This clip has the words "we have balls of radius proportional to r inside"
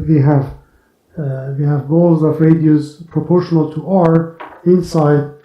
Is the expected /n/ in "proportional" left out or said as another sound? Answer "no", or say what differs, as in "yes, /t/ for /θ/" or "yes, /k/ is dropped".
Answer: no